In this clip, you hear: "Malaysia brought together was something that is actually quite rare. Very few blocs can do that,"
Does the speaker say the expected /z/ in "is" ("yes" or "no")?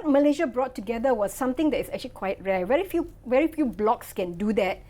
no